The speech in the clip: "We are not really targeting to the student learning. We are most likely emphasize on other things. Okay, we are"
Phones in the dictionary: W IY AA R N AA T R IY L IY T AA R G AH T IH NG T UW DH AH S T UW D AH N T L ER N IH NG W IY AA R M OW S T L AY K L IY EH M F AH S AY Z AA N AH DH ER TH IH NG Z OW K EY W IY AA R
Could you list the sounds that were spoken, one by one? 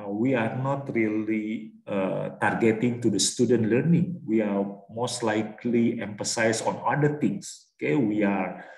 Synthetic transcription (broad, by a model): W IY AA R N AA T R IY L IY T AA R G AH T IH NG T UW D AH S T UW D AH N T L ER N IH NG W IY AA R M OW S T L AY K L IY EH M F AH S AY S AA N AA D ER T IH NG S OW K EY W IY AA R